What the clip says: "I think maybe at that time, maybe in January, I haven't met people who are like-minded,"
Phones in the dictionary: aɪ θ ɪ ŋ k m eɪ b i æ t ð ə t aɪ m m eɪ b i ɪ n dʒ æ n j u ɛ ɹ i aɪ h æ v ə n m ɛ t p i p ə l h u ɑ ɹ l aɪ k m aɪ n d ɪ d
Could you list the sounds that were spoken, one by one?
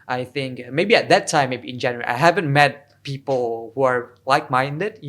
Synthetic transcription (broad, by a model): aɪ θ ɪ ŋ k m eɪ b i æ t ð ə t aɪ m m eɪ b i ɪ n dʒ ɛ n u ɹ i aɪ h æ v ə n m ɛ t p i p ə l h u ɑ ɹ l aɪ k m aɪ n d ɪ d